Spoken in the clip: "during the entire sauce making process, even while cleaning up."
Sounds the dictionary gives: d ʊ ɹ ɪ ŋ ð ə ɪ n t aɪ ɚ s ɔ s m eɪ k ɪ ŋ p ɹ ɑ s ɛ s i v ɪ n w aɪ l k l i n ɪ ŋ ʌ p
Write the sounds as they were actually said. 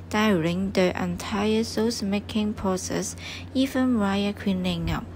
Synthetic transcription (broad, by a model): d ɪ ɹ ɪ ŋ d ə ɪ n t aɪ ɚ s ɔ s m eɪ k ɪ ŋ p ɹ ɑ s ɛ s i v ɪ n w aɪ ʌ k w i n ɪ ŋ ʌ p